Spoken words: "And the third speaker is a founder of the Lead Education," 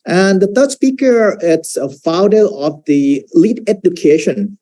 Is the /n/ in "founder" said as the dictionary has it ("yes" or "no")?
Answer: no